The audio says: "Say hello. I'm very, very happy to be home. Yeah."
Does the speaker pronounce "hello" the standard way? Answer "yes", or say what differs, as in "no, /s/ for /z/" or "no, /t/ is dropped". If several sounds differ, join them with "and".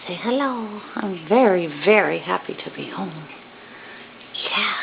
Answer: yes